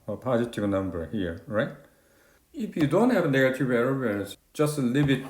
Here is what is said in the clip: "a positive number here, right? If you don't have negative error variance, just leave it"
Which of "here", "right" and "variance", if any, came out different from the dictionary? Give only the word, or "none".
variance